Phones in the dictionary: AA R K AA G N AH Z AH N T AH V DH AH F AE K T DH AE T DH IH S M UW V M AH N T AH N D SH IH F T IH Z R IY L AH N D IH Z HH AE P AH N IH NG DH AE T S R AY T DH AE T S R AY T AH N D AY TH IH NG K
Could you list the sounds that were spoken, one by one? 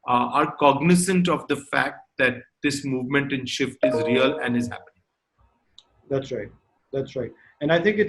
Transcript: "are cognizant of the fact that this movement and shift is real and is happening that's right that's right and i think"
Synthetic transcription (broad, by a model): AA R K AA G N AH S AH N T AH V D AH F AE K T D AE T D IH S M UW V M AH N T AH N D SH IH F T IH Z R IY L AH N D IH Z HH AE P AH N IH NG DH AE T S R AY T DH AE T S R AY T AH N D AY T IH NG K